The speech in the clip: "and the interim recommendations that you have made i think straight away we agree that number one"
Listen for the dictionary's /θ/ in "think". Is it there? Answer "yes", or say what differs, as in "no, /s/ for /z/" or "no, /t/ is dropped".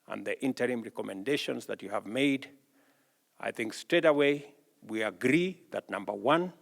yes